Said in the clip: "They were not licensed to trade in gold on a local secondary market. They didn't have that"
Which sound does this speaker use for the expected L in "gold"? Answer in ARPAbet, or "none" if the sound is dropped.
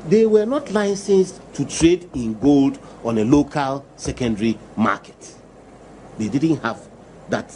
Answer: L